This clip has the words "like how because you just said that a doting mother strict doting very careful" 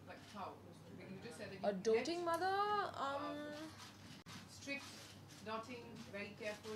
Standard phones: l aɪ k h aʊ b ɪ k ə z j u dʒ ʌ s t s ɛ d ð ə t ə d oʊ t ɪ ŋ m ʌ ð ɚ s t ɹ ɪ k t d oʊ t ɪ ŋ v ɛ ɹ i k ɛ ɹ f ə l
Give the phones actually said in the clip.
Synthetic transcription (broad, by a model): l aɪ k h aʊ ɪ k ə j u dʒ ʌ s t s ɛ d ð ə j ə d oʊ t ɪ ŋ m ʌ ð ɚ s t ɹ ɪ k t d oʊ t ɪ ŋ v ɛ ɹ i k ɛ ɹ f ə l